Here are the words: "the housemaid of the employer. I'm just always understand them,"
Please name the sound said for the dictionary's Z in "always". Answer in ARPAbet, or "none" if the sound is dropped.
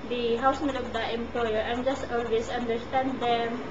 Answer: S